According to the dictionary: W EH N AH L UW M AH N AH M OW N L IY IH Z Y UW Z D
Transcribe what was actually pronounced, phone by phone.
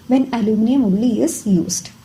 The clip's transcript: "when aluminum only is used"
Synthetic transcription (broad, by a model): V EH N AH L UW M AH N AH M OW L IY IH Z Y UW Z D